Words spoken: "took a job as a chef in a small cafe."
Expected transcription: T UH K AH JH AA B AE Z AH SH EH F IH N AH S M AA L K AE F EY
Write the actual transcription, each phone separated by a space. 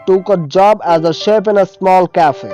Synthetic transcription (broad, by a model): T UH K AH JH AA B AE Z AH SH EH P IH N AH S M AA L K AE F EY